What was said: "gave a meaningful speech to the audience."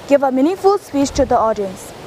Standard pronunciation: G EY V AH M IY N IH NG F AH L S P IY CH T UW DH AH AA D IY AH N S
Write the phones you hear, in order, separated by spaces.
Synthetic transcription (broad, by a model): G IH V AH M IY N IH F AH L S P IY CH T UW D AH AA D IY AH N S